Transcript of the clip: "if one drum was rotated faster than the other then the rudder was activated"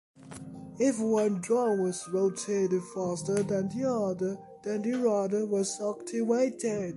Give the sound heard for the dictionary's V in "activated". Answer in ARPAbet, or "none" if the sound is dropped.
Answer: W